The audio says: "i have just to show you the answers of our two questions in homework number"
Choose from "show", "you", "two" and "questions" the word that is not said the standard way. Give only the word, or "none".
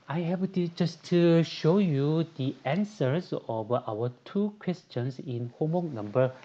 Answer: questions